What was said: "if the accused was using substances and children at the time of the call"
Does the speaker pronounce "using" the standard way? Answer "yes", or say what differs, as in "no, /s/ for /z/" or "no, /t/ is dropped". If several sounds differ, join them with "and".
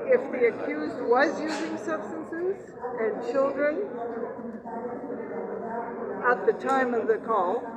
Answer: yes